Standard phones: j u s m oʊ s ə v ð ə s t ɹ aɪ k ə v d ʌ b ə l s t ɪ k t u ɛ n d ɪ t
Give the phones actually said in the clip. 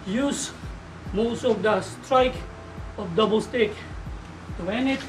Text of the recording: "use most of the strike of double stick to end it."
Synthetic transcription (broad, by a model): j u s m oʊ s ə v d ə s t ɹ aɪ k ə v d ʌ b ə l s t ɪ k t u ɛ n ɪ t